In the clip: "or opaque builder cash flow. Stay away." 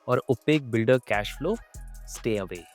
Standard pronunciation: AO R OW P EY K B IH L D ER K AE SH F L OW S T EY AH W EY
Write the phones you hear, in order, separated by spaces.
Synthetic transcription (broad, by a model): AO R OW P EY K B IH L D ER K AE SH F L OW S T EY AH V EY